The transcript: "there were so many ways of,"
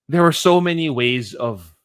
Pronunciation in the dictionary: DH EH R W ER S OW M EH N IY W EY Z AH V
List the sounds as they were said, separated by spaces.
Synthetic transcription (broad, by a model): DH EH R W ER S OW M EH N IY W EY Z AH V